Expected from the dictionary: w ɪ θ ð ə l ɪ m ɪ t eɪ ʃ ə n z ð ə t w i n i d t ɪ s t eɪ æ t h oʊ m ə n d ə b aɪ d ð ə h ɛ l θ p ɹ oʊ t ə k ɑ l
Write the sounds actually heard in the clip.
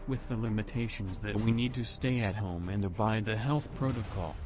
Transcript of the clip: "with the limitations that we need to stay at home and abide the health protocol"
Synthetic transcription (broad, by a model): w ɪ ð ə l ɪ m ɪ t eɪ ʃ ə n z ð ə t w i n i d t ɪ s t eɪ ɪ t h oʊ m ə n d ə b aɪ d ð ə h ɛ l θ p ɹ oʊ t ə k ɑ l